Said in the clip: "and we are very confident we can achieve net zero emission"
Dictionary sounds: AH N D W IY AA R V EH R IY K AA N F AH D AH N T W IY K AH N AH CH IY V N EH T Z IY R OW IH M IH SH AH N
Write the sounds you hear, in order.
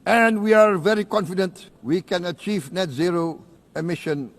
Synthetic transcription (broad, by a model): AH N D W IY AA R V EH R IY K AA N F AH D AH N T W IY K AH N AH CH IY V N EH T Z IY R OW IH M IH SH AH N